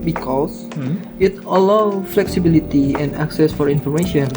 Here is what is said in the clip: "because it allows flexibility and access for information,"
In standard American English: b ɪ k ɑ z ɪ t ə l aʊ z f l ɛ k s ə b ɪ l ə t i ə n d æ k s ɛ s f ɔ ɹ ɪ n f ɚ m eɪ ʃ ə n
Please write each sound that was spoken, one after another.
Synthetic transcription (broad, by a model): b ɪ k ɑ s ɪ t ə l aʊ f l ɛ k s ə b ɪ l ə t i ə n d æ k s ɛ s f ɔ ɹ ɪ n f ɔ m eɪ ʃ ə n